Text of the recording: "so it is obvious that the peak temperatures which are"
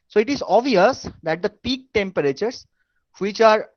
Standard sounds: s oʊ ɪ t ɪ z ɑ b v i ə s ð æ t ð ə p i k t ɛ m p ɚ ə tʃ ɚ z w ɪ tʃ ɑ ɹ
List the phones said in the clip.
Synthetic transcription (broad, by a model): s oʊ ɪ t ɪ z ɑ v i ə s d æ t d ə p i k t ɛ m p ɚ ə tʃ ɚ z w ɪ tʃ ɑ ɹ